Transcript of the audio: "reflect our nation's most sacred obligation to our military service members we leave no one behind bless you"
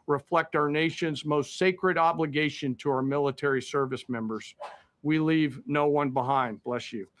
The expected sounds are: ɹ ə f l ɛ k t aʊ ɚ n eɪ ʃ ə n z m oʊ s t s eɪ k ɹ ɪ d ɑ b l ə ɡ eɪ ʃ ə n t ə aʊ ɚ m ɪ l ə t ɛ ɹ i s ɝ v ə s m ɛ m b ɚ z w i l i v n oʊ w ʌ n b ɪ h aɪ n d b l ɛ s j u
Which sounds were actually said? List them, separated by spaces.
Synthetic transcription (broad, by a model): ɹ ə f l ɛ k t aʊ ɚ n eɪ ʃ ə n z m oʊ s t s eɪ k ɹ ɪ d ɑ b l ə ɡ eɪ ʃ ə n t ə aʊ ɚ m ɪ l ə t ɛ ɹ i s ɝ v ə s m ɛ m b ɚ z w i l i v n oʊ w ʌ n b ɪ h aɪ n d b l ɛ s j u